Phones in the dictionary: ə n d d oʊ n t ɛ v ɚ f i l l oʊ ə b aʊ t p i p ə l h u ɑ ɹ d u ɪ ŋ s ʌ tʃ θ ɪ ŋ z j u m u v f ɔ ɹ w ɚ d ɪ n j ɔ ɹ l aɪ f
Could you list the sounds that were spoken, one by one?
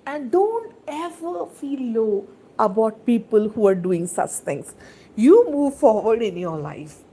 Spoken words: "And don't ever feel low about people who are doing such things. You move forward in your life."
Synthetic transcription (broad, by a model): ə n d d oʊ n t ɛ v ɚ f i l l oʊ ə b aʊ t p i p ə l h u ɑ ɹ d u ɪ ŋ s ʌ tʃ t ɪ ŋ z j u m u v f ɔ ɹ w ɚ d ɪ n j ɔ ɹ l aɪ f